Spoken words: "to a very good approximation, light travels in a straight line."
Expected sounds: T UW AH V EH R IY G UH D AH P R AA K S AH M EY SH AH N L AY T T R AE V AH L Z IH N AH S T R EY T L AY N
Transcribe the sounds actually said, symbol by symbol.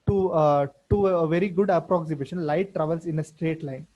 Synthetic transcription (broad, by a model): T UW AH V EH R IY G UH D AH P R AA K S AH M EY SH AH N L AY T T R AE V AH L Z IH N AH S T R EY T L AY N